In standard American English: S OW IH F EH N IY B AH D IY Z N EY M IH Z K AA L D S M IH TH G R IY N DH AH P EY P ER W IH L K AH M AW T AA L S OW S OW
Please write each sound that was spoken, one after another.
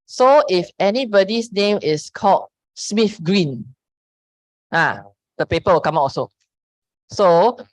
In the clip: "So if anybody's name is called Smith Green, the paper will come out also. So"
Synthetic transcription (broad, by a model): S OW IH F EH N IY B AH D IY S N EY M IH S K AA L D S M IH F G R IY N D AH P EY P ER W IH L K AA M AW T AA S OW S OW